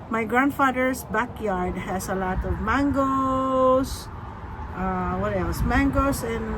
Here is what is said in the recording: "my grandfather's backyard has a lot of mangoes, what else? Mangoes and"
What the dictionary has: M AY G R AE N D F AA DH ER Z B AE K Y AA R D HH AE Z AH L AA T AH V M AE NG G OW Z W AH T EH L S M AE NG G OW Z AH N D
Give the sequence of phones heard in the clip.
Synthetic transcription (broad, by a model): M AY G R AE N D F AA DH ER S B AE K Y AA R D HH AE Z AH L AA T AH V M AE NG G OW S W AH T EH L S M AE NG G OW S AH N